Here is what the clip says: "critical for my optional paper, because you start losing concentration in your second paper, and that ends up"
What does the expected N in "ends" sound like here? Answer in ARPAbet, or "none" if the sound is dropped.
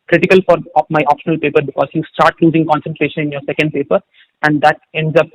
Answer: N